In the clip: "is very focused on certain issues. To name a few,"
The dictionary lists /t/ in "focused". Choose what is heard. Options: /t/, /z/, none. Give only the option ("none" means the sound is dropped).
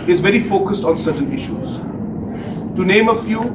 /t/